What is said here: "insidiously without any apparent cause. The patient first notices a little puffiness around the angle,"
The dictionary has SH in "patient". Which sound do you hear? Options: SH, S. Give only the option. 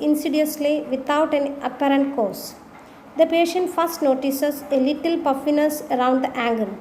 SH